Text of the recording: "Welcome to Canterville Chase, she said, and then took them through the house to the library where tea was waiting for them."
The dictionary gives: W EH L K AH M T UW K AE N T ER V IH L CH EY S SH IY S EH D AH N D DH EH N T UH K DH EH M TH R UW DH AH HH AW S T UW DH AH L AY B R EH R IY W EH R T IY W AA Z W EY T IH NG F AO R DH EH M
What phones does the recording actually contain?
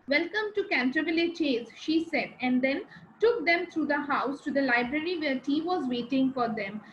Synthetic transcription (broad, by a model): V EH L K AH M T UW K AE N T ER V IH L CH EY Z SH IY S EH D AH N D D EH N T UH K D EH M T R UW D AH HH AW S T UW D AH L AY B R EH R IY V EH R T IY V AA Z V EY T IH NG F AO R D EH M